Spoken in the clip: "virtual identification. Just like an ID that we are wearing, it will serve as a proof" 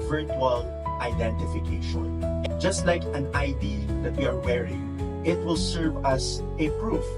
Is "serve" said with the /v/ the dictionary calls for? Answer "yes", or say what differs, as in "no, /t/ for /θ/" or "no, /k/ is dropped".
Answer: yes